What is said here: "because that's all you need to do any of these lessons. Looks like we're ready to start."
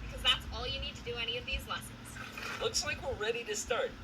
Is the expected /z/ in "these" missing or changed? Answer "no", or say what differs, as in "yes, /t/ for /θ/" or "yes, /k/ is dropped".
no